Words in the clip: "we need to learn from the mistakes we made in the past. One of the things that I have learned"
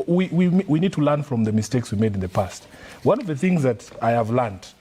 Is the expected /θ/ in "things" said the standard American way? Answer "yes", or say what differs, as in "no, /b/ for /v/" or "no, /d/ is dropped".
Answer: yes